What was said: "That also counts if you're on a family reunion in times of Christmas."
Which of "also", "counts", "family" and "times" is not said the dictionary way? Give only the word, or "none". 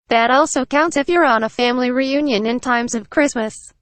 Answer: none